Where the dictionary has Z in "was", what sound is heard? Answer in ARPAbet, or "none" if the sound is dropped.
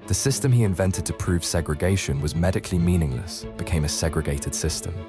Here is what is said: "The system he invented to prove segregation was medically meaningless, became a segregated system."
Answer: Z